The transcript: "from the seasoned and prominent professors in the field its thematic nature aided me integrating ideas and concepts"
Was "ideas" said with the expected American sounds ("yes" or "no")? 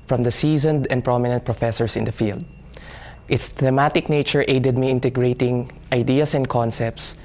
no